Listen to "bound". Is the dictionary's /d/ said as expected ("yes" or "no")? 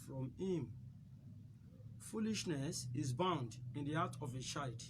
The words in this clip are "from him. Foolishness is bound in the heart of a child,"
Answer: yes